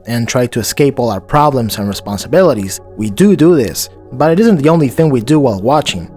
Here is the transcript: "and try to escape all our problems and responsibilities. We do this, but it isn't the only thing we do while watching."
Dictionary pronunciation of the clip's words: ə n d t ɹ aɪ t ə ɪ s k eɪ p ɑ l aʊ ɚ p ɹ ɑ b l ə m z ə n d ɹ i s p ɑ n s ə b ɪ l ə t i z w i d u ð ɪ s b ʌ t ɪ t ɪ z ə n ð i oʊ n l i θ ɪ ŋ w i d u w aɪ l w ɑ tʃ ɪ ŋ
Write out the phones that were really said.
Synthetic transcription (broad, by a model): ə n t ɹ aɪ t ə ɪ s k eɪ p ɑ l aʊ ɚ p ɹ ɑ b l ə m z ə n ɹ i s p ɑ n s ə b ɪ l ə t i z w i d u ð ɪ s b ʌ t ɪ t ɪ z ə n ð i oʊ n l i θ ɪ ŋ w i d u w aɪ l w ɑ tʃ ɪ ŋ